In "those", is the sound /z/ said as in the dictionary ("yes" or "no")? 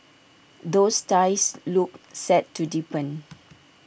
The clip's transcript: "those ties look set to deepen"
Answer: no